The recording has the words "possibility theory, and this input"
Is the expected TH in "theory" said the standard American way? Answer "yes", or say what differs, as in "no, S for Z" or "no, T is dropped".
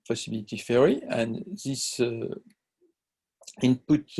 no, F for TH